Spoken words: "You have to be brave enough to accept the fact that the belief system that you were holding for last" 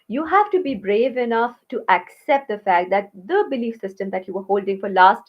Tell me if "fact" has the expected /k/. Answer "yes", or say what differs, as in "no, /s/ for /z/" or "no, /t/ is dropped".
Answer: yes